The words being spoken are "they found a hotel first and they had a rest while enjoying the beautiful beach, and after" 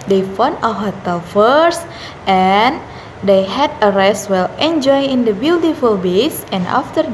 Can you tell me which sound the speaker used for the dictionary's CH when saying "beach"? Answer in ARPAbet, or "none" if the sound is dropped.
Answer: S